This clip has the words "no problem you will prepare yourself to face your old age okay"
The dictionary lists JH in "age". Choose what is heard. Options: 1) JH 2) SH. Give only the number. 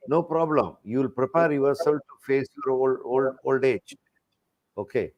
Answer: 1